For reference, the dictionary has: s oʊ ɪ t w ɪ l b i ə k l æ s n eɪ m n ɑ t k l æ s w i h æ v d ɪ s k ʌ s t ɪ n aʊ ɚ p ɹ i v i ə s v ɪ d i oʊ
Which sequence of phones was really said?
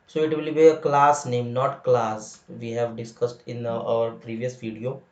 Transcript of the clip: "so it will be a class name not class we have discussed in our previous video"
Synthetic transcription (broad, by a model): s oʊ ɪ t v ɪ l b i ə k l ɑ s n eɪ m n ɑ t k l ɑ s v i h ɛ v d ɪ s k ʌ s t ɪ n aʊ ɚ p ɹ i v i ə s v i d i oʊ